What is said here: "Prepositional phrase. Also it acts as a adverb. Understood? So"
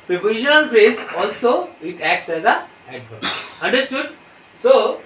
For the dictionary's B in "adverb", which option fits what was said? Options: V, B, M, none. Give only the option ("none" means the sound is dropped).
none